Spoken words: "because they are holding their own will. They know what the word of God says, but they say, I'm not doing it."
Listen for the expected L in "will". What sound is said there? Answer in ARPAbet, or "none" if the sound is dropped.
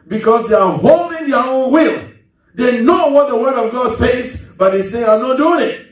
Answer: L